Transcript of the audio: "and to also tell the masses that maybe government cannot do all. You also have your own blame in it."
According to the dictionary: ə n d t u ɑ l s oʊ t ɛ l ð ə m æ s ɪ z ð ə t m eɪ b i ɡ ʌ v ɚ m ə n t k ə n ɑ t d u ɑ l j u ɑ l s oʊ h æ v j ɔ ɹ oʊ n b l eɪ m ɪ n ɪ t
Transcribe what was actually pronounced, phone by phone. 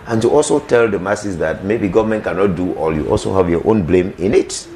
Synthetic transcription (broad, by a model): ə n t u ɑ l s oʊ t ɛ l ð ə m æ s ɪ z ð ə t m eɪ b i ɡ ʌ v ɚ m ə n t k ə n ɑ t d u ɑ l j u ɑ l s oʊ h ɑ v j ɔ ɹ oʊ n b l eɪ m ɪ n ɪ t